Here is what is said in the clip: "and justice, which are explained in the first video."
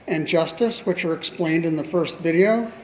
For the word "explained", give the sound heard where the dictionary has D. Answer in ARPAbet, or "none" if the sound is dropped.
D